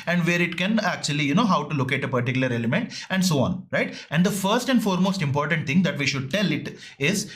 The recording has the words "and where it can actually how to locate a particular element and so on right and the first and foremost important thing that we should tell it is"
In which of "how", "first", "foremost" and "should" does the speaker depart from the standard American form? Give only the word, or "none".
none